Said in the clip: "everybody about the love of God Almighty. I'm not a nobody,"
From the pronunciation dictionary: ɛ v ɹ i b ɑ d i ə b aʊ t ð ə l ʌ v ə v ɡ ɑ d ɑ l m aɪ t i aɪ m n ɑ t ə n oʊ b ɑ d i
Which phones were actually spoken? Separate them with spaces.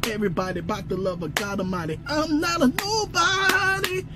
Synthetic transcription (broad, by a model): ɛ v ɹ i b ɑ d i b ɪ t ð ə l ʌ v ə ɡ ɑ d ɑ m aɪ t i aɪ m n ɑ t ə n oʊ b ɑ d i